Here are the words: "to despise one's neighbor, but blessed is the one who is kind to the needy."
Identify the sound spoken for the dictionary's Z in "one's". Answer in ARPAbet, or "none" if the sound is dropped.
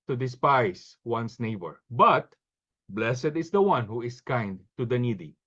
S